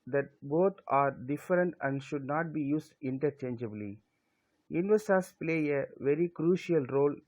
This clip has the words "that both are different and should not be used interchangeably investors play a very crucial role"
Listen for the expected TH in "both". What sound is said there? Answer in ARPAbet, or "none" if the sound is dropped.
T